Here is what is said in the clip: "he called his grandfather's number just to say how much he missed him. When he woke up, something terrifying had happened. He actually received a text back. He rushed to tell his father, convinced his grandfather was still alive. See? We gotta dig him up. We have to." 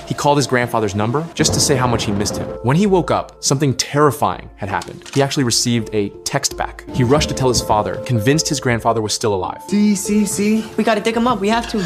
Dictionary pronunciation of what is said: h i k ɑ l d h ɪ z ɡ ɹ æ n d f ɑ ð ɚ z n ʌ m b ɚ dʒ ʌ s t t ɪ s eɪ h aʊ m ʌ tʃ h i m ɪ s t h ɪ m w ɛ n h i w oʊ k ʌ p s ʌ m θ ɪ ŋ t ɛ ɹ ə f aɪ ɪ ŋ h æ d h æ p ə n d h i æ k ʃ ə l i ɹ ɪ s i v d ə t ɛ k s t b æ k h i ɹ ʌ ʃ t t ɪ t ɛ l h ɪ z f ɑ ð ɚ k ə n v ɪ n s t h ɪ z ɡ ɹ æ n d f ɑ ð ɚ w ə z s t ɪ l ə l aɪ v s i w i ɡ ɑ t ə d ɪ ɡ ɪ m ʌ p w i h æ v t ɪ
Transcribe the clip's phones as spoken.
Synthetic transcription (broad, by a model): h i k ɑ l d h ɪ z ɡ ɹ æ n d f ɑ ð ɚ z n ʌ m b ɚ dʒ ʌ s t t ɪ s eɪ h aʊ m ʌ tʃ h i m ɪ s t h ɪ m w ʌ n i w oʊ k ʌ p s ʌ m θ ɪ ŋ t ɛ ɹ ə f aɪ ɪ ŋ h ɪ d h æ p ə n d h i æ k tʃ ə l i ɹ ɪ s i v d ə t ɛ k s t b æ k h i ɹ ʌ ʃ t t ɪ t ɛ l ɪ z f ɑ ð ɚ k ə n v ɪ n s t h ɪ z ɡ ɹ æ n d f ɑ ð ɚ w ə z s t ɪ l ə l aɪ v s i w i ɡ ɑ t ə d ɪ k ɪ m ʌ p w i h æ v t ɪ